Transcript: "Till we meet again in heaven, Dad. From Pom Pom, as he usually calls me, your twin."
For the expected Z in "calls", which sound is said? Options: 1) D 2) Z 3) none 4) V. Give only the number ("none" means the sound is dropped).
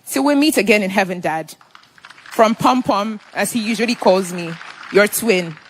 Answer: 2